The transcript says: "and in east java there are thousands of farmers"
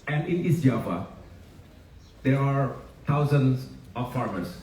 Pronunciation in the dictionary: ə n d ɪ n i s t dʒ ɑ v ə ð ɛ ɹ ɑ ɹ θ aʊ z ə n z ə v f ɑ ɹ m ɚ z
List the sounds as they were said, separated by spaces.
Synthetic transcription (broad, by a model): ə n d ɪ n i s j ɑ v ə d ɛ ɹ ɑ ɹ t aʊ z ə n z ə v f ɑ ɹ m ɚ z